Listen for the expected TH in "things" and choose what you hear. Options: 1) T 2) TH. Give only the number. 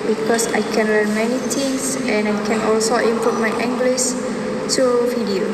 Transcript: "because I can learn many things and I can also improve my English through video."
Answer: 1